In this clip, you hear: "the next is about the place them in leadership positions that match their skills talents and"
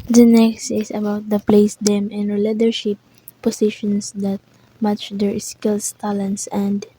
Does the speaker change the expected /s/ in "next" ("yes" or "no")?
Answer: no